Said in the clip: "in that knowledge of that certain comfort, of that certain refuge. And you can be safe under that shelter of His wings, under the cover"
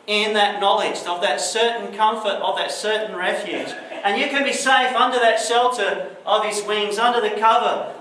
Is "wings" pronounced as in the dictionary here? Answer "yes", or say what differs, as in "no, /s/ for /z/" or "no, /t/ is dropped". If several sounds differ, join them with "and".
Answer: yes